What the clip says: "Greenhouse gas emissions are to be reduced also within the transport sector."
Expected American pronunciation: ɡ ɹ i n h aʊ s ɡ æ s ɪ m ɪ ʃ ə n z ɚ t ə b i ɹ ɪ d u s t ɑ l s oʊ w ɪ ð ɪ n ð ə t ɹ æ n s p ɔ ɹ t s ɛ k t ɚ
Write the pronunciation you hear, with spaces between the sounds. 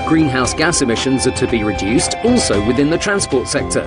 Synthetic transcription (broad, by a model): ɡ ɹ i n h aʊ s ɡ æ s ɪ m ɪ ʃ ə n z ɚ t ə b i ɹ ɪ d u s t ɑ l s oʊ w ɪ ð ɪ n ð ə t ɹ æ n s p ɔ t s ɛ k t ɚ